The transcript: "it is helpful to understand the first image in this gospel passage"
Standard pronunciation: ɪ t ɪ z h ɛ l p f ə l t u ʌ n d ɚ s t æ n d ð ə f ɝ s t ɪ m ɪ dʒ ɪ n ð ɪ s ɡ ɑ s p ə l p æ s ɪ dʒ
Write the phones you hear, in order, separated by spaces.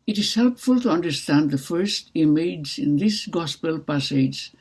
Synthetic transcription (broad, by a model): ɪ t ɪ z h ɛ l p f ə l t u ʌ n d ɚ s t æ n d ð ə f ɝ s t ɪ m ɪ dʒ ɪ n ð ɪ s ɡ ɑ s p ə l p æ s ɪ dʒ